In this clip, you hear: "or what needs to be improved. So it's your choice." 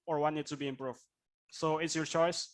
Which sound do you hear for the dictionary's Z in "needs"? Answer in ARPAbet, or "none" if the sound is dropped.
none